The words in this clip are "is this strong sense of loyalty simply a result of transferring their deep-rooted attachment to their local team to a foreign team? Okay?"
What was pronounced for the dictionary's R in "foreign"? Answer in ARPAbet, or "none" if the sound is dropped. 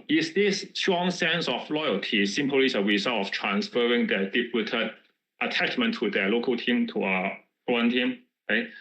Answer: none